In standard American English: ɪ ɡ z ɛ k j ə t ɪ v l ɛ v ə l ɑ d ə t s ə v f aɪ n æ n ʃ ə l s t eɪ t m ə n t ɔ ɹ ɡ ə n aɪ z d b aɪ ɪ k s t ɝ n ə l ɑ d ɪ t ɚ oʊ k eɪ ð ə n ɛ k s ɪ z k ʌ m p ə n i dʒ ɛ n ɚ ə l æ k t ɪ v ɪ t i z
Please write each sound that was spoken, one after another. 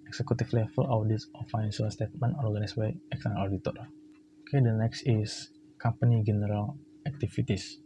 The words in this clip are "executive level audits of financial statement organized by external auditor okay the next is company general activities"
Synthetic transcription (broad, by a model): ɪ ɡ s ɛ k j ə t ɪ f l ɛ f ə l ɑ d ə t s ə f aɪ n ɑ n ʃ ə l s t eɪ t m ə n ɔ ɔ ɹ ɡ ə n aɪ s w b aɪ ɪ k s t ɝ n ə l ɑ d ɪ t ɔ oʊ k eɪ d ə n ɛ k s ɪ s k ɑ m p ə n i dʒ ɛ n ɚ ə l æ k t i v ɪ t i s